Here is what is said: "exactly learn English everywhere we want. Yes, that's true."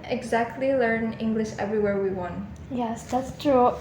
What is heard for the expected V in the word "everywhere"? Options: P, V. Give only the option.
V